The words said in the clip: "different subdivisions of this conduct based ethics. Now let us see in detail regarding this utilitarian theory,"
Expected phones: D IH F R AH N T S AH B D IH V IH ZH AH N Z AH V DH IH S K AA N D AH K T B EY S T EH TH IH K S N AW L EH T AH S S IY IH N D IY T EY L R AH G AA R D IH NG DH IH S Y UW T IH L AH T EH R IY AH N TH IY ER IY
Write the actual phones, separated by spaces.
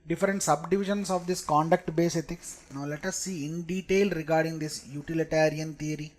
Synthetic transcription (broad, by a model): D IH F R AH N T S AH B D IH V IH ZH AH N S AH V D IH S K AA N D AH K T B EY S EH T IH K S N AW L EH T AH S S IY IH N D IY T EY L R AH G AA R D IH NG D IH S Y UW T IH L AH T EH R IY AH N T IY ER IY